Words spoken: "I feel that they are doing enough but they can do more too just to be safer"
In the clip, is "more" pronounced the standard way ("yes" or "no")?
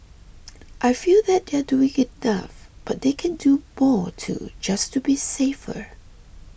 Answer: yes